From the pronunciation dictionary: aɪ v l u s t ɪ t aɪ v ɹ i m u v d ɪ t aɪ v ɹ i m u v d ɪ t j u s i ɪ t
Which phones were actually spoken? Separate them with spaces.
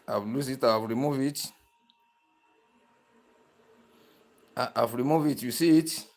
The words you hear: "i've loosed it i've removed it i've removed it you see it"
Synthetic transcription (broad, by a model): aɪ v l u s ɪ t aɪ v ɹ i m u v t ɪ t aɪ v ɹ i m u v ɪ t j u s i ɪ t